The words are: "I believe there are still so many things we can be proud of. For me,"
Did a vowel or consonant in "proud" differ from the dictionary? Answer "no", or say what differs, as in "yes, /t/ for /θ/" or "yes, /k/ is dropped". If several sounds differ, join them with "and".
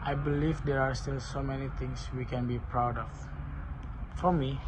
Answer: no